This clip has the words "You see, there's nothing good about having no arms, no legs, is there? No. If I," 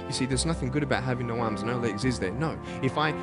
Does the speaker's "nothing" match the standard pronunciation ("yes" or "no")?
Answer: yes